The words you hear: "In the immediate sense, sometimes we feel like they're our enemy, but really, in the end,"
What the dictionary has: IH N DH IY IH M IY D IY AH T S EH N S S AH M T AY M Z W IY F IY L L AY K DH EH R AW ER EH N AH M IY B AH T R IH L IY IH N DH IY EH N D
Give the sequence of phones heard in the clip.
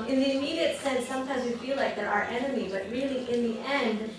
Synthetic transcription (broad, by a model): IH N DH IY IH M IY D IY AH T S EH N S S AH M T AY M Z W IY F IY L L AY K DH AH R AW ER EH N AH M IY B AH T R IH L IY IH N DH IY EH N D